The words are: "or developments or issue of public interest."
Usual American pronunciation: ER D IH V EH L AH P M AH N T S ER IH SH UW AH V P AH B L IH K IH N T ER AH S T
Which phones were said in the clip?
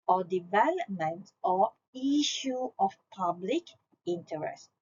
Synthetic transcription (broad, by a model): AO D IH V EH L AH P M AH N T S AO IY SH UW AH F P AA B L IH K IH N T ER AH S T